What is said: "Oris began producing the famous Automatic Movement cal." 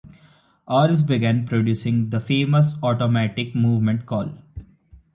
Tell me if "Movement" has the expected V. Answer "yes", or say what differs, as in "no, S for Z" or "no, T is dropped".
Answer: yes